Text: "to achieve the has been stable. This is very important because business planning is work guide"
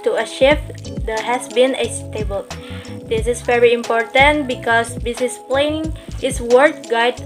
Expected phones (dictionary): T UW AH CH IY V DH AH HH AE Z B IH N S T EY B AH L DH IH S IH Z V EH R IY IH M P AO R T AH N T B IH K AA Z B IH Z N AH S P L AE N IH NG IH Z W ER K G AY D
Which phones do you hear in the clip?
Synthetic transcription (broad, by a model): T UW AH SH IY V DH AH HH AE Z B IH N S T EY B AH L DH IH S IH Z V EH R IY IH M P AO R T AH N T B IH K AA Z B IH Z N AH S P L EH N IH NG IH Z W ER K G AY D